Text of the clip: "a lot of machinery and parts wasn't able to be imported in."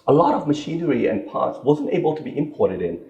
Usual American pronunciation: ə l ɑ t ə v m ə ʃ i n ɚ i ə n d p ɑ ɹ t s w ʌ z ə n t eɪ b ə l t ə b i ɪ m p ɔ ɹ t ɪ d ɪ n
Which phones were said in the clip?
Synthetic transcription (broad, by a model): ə l ɑ t ə v m ə ʃ i n ɚ i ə n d p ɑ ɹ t s w ʌ z ə n t eɪ b ə l t ə b i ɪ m p ɔ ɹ t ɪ d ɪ n